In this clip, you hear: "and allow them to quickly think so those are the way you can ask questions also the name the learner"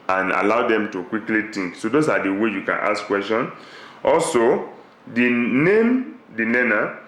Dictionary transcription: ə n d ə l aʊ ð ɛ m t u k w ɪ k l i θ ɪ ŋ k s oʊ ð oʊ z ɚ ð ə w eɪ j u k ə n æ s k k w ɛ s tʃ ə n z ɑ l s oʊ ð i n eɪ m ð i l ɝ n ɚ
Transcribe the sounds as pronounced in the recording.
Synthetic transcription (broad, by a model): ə n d ə l aʊ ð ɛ m t u k w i k l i t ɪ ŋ k s oʊ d oʊ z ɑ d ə w eɪ j u k ə n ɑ s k k w ɛ s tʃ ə n ɑ l s oʊ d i n eɪ m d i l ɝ n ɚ